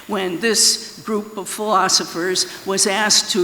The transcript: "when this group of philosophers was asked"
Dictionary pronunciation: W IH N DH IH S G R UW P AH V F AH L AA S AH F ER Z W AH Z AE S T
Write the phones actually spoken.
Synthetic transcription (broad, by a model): W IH N DH IH S G R UW P AH V F AH L AA S AH F ER Z W AH Z AE S T